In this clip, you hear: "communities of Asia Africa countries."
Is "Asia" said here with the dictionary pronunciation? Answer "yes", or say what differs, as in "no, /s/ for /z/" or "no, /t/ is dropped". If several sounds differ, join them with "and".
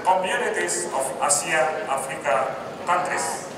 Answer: no, /s/ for /ʒ/